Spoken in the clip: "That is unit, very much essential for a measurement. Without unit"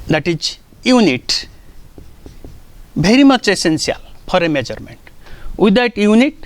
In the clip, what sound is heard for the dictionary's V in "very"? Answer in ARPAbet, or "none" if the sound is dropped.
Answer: B